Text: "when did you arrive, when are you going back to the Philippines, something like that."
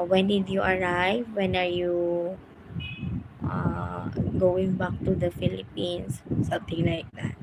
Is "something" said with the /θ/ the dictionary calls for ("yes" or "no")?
no